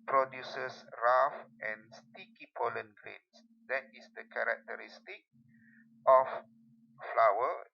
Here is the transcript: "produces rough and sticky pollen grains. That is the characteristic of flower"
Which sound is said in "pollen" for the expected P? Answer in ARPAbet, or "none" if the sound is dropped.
P